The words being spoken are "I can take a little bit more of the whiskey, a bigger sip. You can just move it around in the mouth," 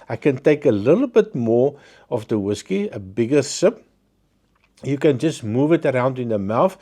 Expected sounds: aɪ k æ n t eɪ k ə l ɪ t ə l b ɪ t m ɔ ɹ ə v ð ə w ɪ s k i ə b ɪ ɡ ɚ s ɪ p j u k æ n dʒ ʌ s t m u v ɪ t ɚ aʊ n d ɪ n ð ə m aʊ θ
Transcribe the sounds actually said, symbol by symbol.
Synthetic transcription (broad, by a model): aɪ k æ n t eɪ k ə l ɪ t l b ɪ t m ɔ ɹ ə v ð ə w ɪ s k i ə b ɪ ɡ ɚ s ɪ p j u k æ n dʒ ʌ s t m u v ɪ t ɚ aʊ n d ɪ n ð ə m aʊ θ